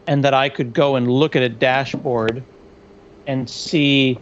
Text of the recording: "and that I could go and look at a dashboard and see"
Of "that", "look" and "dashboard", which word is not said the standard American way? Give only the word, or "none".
none